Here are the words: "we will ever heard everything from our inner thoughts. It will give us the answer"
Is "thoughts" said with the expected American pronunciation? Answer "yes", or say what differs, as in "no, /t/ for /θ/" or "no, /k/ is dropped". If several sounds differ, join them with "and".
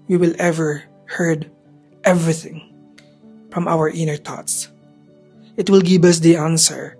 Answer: no, /t/ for /θ/